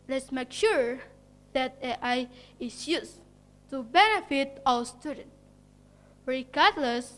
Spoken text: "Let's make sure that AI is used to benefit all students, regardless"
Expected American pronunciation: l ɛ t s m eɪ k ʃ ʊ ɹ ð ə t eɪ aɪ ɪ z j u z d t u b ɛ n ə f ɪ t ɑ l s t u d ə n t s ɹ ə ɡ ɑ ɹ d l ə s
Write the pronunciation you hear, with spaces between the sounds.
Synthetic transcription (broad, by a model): l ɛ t s m eɪ k ʃ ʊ ɹ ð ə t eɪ aɪ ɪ s j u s t u b ɛ n ə f ɪ t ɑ w s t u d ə n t ɹ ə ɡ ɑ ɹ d l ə s